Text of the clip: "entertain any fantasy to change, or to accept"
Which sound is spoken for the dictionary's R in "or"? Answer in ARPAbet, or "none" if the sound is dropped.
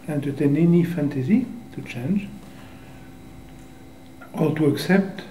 L